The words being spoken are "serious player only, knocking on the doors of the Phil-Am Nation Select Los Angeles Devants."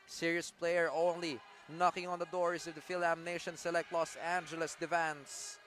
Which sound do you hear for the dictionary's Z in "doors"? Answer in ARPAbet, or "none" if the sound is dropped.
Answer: S